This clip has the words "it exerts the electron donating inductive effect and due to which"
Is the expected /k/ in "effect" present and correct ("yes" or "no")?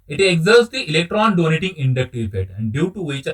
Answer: no